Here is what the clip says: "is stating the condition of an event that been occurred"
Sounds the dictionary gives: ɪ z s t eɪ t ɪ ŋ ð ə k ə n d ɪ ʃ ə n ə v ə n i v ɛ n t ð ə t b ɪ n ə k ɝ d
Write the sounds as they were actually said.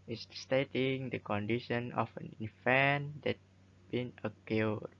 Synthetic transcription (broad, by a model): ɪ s s t eɪ t ɪ ŋ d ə k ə n d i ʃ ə n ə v ə n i f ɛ n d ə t b ɪ n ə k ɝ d